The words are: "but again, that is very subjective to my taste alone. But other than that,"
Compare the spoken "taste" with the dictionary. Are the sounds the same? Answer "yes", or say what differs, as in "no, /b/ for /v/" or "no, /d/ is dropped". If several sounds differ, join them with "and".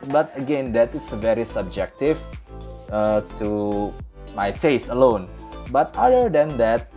yes